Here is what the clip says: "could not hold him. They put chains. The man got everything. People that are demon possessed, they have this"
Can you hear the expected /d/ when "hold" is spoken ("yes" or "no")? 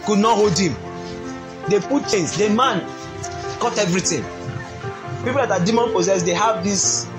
yes